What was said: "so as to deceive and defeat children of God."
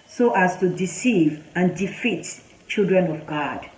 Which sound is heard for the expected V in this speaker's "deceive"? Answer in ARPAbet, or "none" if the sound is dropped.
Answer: V